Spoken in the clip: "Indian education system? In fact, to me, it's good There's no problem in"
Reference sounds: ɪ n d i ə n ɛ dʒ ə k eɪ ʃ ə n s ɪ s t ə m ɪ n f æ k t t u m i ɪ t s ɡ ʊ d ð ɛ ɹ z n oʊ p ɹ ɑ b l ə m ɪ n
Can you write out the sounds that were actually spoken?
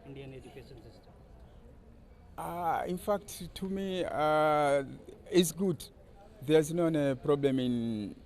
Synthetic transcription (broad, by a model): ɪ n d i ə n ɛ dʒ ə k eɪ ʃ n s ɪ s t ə ɪ n f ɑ k t t u m i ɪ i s ɡ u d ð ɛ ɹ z n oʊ p ɹ ɑ b l ə m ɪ n